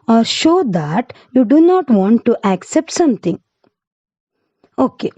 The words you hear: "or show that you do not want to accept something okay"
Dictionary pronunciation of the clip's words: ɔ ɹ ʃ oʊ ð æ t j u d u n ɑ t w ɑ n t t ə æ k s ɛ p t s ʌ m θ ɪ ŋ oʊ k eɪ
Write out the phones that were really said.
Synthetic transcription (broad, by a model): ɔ ɹ ʃ oʊ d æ t j u d u n ɑ t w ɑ n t t æ k s ɛ p t s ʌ m t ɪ ŋ oʊ k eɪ